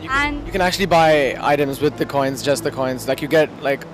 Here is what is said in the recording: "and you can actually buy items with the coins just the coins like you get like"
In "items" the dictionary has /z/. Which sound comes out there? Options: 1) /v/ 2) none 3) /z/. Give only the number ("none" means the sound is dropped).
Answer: 3